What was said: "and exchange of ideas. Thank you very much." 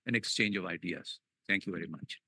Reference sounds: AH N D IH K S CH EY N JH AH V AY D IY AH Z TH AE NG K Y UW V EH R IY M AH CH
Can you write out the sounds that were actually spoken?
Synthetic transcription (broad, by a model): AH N IH K S CH EY N JH AH V AY D IY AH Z T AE NG K Y UW V EH R IY M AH CH